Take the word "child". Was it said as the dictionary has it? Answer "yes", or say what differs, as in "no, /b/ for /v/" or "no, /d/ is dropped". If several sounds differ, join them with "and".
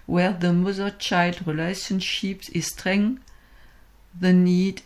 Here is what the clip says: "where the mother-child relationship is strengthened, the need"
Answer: yes